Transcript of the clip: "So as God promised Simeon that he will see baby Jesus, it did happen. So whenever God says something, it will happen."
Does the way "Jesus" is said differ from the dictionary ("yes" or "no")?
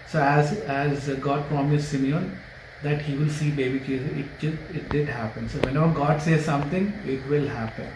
yes